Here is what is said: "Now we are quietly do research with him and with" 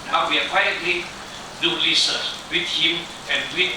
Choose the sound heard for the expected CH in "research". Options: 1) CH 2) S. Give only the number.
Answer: 2